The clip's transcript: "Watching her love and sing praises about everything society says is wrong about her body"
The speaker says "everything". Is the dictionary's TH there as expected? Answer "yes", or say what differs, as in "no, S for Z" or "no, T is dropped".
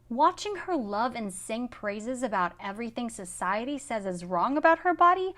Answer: yes